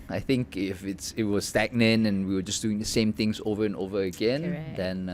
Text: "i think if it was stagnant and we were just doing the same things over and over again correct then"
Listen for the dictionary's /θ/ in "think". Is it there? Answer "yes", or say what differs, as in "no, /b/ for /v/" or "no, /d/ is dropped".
yes